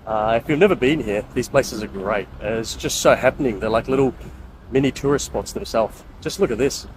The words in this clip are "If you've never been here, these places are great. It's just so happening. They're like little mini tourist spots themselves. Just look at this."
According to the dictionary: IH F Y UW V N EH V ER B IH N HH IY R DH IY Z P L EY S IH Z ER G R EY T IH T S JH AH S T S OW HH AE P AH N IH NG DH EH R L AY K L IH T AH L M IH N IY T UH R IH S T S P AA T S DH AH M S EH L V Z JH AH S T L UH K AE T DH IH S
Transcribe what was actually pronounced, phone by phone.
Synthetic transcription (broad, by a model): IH F Y UW V N EH V ER B IH N HH IY R DH IY Z P L EY S IH Z ER G R EY T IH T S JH AH S T S OW HH AE P AH N IH NG DH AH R L AY K L IH T L M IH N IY T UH R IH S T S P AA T S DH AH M S EH L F JH AH S T L UH K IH T DH IH S